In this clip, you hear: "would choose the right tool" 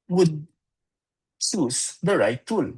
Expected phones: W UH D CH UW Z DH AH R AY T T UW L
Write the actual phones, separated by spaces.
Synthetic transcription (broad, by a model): W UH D S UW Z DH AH R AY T T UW L